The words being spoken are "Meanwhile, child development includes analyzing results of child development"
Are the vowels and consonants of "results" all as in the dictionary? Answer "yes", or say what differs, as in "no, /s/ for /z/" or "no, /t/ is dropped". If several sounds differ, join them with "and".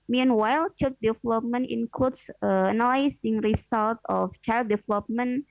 no, /s/ is dropped